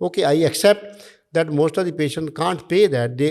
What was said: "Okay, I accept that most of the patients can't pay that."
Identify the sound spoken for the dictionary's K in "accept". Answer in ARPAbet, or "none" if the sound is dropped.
K